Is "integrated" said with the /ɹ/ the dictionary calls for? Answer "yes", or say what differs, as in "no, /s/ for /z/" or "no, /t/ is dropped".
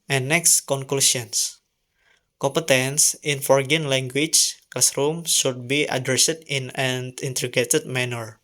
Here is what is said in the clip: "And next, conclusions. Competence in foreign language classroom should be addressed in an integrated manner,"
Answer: no, /ɹ/ is dropped